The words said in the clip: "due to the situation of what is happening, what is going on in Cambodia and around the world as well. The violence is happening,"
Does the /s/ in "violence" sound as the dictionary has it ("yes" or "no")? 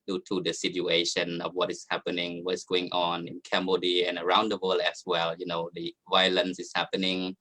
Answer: yes